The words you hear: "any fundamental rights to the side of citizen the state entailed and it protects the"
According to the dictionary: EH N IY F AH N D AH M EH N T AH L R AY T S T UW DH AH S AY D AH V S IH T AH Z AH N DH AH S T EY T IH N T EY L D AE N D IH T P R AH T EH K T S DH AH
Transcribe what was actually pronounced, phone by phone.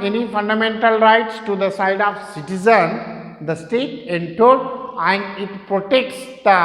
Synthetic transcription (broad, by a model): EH N IY F AH N D AH M EH N T AH L R AY T S T UW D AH S AY D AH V S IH T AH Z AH N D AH S T EY T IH N T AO D AE N D IH T P R AH T EH K T S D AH